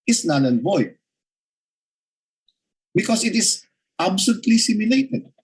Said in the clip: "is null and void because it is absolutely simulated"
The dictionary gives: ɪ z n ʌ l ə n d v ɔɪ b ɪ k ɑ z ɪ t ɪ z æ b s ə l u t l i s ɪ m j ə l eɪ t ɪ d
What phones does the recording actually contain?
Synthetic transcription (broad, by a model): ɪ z n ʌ n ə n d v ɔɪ b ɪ k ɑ s ɪ t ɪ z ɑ b s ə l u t l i s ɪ m j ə l eɪ t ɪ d